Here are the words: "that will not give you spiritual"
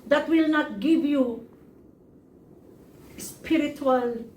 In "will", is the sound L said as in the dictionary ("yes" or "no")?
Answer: yes